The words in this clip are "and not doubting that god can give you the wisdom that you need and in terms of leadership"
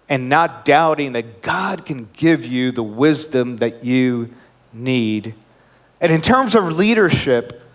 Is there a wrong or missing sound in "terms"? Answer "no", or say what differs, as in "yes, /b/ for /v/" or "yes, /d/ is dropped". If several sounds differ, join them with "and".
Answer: no